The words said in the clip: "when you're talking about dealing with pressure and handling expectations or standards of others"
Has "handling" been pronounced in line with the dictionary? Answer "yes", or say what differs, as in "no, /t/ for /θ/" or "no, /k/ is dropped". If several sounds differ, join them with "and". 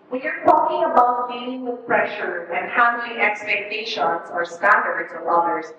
no, /n/ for /l/